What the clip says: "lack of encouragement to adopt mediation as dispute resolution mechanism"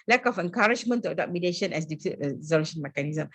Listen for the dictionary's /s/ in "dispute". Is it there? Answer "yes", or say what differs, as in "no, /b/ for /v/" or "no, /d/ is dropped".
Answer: no, /s/ is dropped